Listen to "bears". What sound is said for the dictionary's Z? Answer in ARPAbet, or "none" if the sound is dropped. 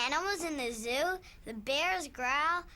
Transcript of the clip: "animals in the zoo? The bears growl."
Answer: Z